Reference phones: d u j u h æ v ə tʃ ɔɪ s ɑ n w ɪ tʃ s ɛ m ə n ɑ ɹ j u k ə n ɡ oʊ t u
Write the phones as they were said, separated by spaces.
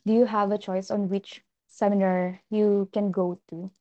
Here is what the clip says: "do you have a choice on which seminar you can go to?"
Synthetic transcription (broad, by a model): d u j u h æ v ə tʃ ɔɪ s ɑ n w ɪ tʃ s ɛ m ə n ɑ ɹ j u k ə n ɡ oʊ t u